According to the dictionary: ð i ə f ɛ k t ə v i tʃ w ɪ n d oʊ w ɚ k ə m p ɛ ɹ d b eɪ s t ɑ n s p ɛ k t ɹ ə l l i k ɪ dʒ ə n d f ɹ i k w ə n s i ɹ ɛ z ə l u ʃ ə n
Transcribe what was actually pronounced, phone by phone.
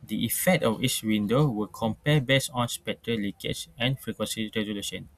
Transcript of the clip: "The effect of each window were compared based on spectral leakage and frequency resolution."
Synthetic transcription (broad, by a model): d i ə f ɛ k t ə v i s w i n d oʊ w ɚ k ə m p ɛ b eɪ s ɑ n s p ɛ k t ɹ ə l l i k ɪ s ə n f ɹ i k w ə n s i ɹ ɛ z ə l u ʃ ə n